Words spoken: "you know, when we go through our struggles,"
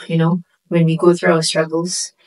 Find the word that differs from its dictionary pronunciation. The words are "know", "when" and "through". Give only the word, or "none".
none